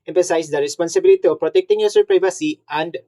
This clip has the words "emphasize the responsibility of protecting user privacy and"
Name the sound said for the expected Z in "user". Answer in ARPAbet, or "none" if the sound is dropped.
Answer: S